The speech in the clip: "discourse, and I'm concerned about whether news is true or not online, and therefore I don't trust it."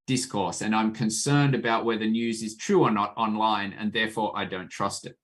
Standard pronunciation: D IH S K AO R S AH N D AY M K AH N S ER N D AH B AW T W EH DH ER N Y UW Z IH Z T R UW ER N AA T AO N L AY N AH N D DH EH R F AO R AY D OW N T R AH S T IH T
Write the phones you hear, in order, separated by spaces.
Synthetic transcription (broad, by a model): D IH S K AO R S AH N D AY M K AH N S ER N D AH B AW T W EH DH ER N Y UW Z IH Z T R UW ER N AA T AO N L AY N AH N DH EH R F AO R AY D OW N T R AH S T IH T